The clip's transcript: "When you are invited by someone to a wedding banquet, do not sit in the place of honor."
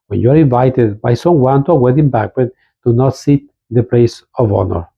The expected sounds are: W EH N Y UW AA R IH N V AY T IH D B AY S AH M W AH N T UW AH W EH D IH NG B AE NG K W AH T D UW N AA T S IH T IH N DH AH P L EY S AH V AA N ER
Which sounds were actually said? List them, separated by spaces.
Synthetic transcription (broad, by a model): W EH N Y UW AA R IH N V AY T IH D B AY S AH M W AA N T UW AH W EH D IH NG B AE K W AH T D UW N AA T S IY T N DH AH P L EY S AH V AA N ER